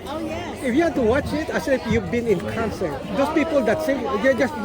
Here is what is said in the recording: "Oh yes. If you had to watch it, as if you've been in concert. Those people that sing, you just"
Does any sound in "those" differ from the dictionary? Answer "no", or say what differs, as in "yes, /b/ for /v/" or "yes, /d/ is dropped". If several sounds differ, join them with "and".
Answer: yes, /s/ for /z/